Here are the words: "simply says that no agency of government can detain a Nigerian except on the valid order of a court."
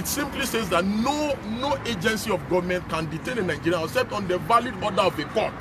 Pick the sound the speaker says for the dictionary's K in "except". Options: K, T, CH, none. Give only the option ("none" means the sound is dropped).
none